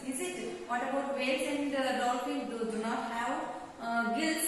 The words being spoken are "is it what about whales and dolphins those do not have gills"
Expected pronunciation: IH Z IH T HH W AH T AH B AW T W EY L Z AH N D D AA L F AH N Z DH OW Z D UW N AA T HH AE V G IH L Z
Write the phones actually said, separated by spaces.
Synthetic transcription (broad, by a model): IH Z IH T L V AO T AH B AW T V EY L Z AH N D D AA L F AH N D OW D UW N AA T HH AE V G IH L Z